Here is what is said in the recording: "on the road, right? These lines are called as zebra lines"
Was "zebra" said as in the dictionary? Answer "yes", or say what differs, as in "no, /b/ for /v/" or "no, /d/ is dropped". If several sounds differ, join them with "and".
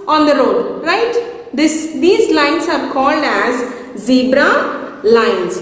yes